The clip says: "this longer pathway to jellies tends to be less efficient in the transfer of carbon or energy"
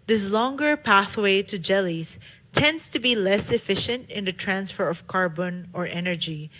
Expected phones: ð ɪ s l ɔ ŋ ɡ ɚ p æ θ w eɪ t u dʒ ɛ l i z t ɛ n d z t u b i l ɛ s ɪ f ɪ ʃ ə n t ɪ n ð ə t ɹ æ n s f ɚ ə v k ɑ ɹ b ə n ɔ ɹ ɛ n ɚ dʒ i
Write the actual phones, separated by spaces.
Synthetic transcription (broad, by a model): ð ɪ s l ɔ ŋ ɡ ɚ p æ θ w eɪ t u dʒ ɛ l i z t ɛ n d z t u b i l ɛ s ɪ f ɪ ʃ ə n t ɪ n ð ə t ɹ æ n s f ɚ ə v k ɑ ɹ b ə n ɔ ɹ ɛ n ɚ dʒ i